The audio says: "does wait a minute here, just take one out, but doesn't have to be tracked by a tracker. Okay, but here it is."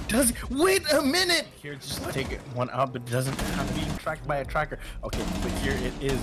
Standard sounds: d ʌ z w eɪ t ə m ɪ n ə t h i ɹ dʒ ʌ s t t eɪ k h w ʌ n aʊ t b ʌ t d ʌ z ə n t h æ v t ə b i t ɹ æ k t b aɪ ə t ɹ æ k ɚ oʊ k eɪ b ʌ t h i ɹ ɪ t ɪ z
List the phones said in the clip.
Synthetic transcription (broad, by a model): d ʌ z w eɪ t ə m ɪ n ə t h i ɹ dʒ ʌ s t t eɪ k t w ʌ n aʊ t b ʌ t d ʌ z ə n t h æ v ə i t ɹ æ k t b aɪ ə t ɹ æ k ɚ oʊ k eɪ b ʌ t h i ɹ ɪ t ɪ z